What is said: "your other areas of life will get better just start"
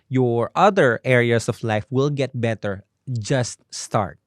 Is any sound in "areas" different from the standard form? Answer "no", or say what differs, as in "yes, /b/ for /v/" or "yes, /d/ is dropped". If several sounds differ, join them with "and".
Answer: yes, /s/ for /z/